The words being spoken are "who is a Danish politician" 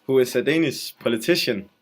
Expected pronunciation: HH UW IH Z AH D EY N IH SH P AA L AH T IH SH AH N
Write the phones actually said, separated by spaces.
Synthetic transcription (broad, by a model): HH UW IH S AH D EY N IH S P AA L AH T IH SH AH N